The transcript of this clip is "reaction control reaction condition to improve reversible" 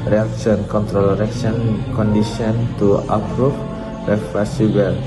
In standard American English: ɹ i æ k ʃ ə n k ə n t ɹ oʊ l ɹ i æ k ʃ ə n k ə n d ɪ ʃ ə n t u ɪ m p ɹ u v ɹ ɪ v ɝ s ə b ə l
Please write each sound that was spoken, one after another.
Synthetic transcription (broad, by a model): ɹ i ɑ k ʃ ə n k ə n t ɹ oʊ l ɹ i k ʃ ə n k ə n d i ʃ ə n t u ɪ p ɹ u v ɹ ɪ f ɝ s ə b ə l